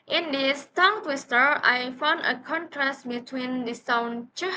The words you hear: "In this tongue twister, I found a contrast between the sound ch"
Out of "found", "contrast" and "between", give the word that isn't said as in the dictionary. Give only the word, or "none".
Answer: none